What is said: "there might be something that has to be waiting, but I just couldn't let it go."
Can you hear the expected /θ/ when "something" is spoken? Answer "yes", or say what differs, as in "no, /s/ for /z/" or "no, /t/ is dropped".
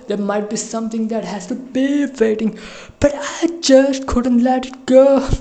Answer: no, /t/ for /θ/